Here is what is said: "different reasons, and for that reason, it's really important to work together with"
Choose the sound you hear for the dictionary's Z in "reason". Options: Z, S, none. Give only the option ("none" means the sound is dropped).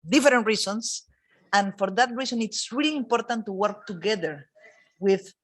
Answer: S